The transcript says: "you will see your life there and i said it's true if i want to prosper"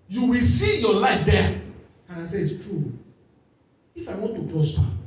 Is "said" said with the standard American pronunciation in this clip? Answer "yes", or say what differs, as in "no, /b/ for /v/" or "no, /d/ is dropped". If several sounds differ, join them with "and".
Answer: no, /d/ is dropped